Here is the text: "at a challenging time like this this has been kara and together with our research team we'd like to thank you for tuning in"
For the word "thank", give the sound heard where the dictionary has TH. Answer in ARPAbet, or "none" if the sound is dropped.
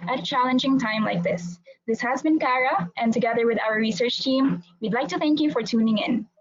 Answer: TH